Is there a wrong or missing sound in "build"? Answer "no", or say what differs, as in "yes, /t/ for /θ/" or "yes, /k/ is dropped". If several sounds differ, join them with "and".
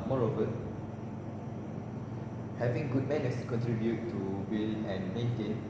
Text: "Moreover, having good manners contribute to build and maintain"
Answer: yes, /d/ is dropped